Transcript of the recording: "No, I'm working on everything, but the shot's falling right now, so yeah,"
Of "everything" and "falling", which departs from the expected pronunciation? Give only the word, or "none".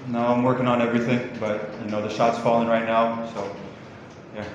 none